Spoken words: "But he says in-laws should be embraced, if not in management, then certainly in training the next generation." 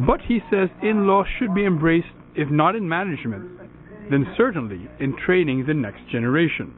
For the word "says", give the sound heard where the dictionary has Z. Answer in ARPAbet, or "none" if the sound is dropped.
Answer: Z